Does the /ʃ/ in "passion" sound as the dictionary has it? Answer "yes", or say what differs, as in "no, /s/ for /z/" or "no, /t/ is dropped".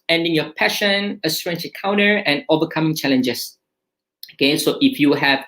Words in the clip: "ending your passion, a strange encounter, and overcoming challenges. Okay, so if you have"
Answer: yes